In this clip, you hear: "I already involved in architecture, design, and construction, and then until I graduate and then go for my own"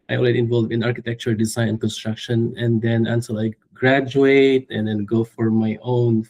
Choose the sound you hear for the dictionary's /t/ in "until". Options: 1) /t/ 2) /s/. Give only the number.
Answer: 2